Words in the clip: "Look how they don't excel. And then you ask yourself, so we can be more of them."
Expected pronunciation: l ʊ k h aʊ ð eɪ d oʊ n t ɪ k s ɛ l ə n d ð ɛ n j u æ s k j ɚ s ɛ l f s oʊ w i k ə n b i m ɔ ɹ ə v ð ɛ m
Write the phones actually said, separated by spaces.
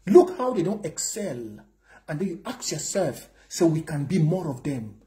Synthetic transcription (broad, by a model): l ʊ k h aʊ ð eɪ d oʊ n t ɪ k s ɛ l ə n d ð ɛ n j u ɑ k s j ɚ s ɛ l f s oʊ w i k ə n b i m ɔ ɹ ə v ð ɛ m